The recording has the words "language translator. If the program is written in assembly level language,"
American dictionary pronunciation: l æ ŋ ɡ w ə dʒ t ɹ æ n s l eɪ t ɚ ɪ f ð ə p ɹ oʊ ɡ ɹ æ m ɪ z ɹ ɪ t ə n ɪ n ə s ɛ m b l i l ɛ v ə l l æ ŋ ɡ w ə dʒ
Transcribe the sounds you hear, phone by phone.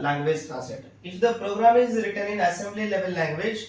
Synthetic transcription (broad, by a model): l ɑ ŋ ɡ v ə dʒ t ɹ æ s eɪ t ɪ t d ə p ɹ oʊ ɡ ɹ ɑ m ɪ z ɹ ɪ t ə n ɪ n ə s ɛ m b l i l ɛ v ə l l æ ŋ ɡ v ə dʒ